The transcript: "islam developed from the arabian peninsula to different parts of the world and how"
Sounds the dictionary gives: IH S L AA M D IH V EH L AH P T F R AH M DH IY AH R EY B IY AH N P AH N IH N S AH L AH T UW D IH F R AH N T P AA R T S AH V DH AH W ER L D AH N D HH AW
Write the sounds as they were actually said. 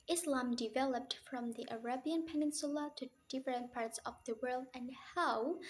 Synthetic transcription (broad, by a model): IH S L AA M D IH V EH L AH P T F R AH M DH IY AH R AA B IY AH N P AH N IH N S AH L AH T UW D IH F R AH N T P AA R T S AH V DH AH W ER L D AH N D HH AW